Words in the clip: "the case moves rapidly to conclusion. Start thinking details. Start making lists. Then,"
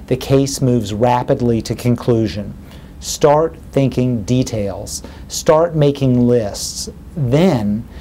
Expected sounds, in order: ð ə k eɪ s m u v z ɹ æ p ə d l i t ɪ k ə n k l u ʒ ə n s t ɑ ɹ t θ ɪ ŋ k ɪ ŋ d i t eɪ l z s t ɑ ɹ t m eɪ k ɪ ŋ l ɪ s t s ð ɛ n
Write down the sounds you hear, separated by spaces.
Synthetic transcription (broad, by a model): ð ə k eɪ s m u v z ɹ æ p ə d l i t ɪ k ə n k l u ʒ ə n s t ɑ ɹ t θ ɪ ŋ k ɪ ŋ d i t eɪ l z s t ɑ ɹ t m eɪ k ɪ ŋ l ɪ s t s ð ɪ n